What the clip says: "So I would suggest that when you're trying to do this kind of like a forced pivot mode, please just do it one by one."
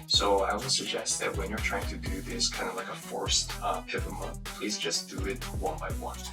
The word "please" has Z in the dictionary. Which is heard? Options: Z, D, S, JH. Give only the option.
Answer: Z